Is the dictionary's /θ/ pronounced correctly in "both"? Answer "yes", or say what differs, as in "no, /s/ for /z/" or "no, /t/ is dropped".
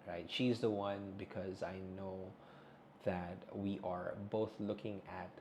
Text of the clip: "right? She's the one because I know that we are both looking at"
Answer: yes